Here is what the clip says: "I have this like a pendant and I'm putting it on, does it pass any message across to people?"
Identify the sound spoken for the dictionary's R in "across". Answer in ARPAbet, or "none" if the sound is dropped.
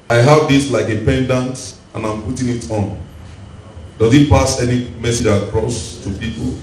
R